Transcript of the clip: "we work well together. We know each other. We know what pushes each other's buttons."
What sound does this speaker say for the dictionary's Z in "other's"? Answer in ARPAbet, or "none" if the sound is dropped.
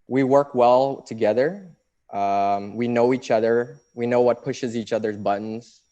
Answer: Z